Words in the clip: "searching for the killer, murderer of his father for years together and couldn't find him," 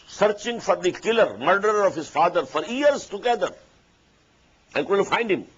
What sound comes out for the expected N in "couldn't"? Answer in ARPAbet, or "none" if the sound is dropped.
L